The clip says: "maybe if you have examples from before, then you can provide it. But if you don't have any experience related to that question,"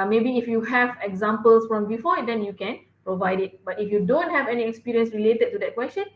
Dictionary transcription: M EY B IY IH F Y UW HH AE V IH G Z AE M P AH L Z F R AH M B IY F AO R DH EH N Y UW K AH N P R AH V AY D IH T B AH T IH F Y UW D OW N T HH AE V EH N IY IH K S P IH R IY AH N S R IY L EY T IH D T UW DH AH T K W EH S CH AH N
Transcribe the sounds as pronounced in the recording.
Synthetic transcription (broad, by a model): M EY B IY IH F Y UW HH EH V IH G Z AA M P AH L S F R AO M B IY F AO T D EH N Y UW K AH N P R AH V AY D IH T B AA T IH F Y UW D OW N T HH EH V EH N IY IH K S P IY R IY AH N S R IY L EY T IH D T UW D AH T K W EH S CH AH N